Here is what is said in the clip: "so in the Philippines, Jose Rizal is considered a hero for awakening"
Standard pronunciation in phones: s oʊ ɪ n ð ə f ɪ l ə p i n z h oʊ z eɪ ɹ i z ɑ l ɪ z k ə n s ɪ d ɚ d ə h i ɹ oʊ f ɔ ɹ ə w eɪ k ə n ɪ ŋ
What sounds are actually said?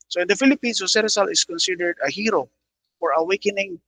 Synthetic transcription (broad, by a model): s oʊ ɪ n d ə f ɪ l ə p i n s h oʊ s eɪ ɹ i s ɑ l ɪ s k ə n s ɪ d ɚ d ə h i ɹ oʊ f ɔ ɹ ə w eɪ k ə n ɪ ŋ